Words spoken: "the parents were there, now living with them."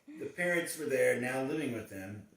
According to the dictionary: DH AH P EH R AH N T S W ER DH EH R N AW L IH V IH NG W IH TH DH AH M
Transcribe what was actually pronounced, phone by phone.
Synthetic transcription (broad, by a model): DH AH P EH R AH T S W ER DH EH R N AW L IH V IH NG W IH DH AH M